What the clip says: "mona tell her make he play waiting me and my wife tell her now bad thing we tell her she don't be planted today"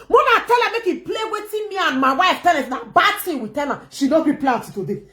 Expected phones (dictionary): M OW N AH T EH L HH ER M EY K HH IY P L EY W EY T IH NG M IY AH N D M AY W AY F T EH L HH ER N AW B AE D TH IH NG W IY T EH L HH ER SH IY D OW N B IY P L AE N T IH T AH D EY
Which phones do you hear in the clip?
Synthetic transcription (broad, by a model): M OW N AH T EH L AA M EY K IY P L EY W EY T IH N M IY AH N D M AY W AY F T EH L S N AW B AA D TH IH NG W IY T EH L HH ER SH IY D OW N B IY P L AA T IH T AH D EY